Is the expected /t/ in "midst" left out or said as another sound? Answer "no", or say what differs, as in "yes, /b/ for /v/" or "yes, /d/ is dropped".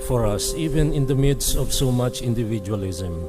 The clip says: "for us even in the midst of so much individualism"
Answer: yes, /t/ is dropped